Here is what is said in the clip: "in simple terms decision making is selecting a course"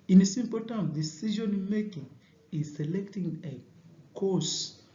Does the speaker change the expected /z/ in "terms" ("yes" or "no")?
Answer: yes